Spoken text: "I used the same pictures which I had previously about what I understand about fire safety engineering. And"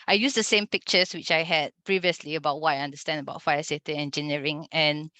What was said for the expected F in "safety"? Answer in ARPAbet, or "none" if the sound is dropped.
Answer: none